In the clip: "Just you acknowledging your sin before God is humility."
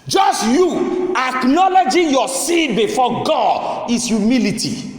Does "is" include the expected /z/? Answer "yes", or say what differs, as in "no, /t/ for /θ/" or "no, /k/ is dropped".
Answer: no, /s/ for /z/